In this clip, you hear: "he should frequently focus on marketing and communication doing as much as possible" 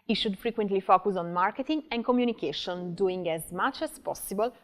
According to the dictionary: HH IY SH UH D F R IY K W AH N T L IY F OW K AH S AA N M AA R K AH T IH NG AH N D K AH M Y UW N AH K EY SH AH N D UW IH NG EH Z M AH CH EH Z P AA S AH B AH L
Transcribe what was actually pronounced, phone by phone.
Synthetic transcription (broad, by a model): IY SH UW D F R IY K W AH N T L IY F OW K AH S AA N M AA R K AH T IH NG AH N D K AH M Y UW N AH K EY SH AH N D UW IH NG EH Z M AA CH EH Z P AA S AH B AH L